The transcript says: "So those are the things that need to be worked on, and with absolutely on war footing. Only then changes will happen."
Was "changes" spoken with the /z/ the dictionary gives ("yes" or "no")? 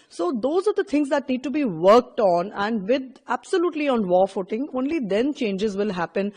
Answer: yes